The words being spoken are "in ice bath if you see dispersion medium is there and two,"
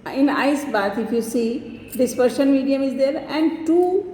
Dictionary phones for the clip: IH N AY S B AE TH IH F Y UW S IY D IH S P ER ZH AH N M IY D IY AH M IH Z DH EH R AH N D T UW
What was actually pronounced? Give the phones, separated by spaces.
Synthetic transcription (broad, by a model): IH N AY S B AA T IH F Y UW S IY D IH S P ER SH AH N M IY D IY AH M IH Z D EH R AH N D T UW